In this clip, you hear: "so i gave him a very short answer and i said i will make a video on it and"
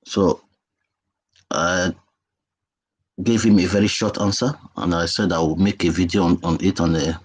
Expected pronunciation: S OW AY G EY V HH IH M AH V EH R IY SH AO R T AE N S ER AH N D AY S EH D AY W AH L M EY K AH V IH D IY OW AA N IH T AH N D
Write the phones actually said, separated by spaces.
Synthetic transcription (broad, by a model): S OW AY G EY V HH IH M AH V EH R IY SH AO T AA N S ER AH N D AY S EH D AY W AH M EY K AH V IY D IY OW AA N IH T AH N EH